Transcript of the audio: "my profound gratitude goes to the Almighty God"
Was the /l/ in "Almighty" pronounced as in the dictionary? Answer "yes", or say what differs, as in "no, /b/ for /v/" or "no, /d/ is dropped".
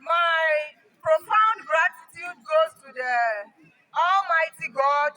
yes